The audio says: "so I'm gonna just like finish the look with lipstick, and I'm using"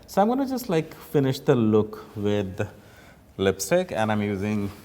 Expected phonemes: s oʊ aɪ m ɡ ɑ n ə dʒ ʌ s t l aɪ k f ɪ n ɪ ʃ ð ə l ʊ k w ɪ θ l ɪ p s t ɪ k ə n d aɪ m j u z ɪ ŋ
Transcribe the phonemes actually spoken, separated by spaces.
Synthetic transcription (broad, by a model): s oʊ aɪ m ɡ ɑ n ə dʒ ʌ s t l aɪ k f ɪ n ɪ ʃ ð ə l ʊ k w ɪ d l ɪ p s t ɪ k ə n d aɪ m j u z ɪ ŋ